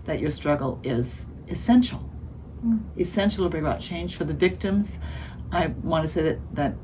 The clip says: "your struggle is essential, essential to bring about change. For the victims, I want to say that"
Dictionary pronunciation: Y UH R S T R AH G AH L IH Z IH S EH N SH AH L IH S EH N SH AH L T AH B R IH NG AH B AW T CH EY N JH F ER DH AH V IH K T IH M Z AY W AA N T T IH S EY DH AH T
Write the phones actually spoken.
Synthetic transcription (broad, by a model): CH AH R S T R AH G L IH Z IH S EH N SH L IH S EH N SH L T AH B R IH NG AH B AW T CH EY N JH F ER DH AH V IH K T IH M Z AY W AA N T T IH S EY DH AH T